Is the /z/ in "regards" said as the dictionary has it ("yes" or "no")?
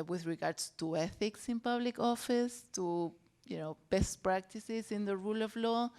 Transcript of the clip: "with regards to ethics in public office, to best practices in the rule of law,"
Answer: no